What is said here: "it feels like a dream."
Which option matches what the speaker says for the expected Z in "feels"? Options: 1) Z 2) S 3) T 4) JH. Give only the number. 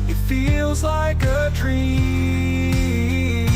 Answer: 1